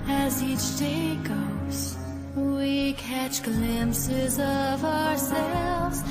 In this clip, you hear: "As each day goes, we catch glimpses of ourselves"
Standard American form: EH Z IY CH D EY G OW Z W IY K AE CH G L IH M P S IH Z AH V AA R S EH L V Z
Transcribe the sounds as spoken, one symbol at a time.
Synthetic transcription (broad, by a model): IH Z IY CH D EY G OW Z W IY K AE CH G L IH M P S IH Z AH V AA R S EH L V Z